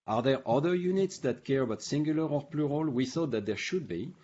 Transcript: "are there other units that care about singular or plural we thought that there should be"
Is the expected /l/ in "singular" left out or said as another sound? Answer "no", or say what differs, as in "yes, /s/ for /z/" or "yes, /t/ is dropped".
no